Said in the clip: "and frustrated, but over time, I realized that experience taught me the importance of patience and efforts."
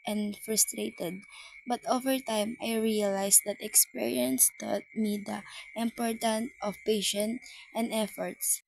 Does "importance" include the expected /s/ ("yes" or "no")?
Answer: no